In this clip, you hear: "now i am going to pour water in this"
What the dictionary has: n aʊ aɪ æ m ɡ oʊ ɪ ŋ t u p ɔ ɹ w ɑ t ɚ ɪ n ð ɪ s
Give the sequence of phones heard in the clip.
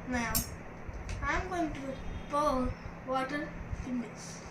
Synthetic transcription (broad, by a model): n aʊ aɪ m ɡ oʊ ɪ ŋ t u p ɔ l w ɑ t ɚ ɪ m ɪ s